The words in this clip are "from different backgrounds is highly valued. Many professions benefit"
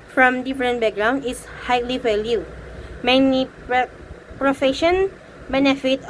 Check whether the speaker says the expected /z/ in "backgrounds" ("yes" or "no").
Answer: no